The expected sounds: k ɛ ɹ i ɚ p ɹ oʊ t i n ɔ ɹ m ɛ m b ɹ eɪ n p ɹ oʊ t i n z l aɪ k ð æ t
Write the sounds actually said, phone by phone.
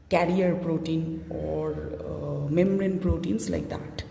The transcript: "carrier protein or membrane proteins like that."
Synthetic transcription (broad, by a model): k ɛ ɹ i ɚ p ɹ oʊ t i n ɔ ɹ m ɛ m ɹ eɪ n p ɹ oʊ t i n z l aɪ k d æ t